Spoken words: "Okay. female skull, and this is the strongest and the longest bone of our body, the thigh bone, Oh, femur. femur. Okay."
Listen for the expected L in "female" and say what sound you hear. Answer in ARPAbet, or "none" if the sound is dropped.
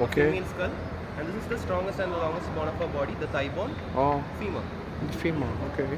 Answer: N